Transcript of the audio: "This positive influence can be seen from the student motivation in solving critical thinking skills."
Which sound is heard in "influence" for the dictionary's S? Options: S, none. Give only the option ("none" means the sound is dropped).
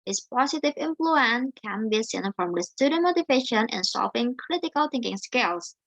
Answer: none